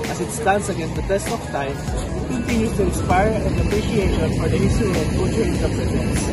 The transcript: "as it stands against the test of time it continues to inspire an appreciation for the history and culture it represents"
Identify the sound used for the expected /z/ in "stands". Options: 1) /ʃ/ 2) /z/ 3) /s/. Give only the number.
3